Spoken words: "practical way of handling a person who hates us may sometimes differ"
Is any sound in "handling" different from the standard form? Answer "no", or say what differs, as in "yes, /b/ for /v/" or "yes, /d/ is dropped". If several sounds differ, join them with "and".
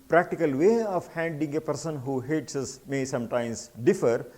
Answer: yes, /l/ is dropped